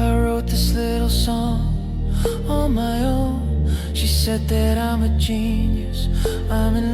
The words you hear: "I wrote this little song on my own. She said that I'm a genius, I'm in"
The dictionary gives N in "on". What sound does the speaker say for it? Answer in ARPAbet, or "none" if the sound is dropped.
L